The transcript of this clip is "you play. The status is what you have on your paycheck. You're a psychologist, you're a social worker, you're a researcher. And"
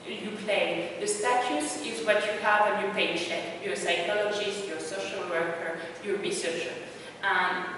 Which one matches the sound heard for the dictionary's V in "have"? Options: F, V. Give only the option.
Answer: V